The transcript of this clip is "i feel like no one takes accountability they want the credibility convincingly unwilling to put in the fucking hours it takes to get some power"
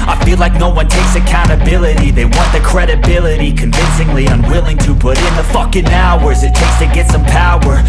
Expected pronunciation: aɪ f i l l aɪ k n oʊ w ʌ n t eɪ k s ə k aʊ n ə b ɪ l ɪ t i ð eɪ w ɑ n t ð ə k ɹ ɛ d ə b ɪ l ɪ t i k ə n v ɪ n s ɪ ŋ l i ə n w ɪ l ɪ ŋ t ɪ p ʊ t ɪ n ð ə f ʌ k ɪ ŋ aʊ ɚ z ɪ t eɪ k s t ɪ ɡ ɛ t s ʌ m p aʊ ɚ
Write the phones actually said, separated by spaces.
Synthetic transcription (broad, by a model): aɪ f i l l aɪ k n oʊ w ʌ n t eɪ k s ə k aʊ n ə b ɪ l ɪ t i ð eɪ w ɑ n ð ə k ɹ ɛ d ə b ɪ l ɪ t i k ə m v ɪ n s ɪ ŋ l i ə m w ɪ l ɪ ŋ t ɪ b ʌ t ɪ n ð ə f ʌ k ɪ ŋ aʊ ɚ z ɪ t eɪ k s t ɪ ɡ ɛ t s ʌ m p aʊ ɚ